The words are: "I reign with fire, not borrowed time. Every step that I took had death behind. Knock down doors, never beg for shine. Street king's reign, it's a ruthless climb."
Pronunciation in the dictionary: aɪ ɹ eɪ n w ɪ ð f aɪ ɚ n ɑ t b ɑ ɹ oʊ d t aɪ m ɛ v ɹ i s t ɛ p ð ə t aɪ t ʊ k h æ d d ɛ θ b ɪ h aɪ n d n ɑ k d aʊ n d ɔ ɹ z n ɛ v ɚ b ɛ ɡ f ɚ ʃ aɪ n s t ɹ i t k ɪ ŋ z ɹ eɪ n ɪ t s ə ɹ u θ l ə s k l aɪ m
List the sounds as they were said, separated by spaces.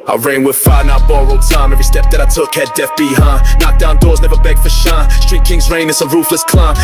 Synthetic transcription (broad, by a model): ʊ ɹ eɪ n w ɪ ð f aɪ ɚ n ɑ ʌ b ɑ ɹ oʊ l t aɪ m ɛ v ɹ i s t ɛ p ð ə t aɪ t ʊ k h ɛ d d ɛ f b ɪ h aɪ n n ɑ k d aʊ n d ɔ ɹ z n ɛ v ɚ b ɛ ɡ f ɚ ʃ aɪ s t ɹ i t k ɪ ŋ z ɹ eɪ n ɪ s ə ɹ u f l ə s k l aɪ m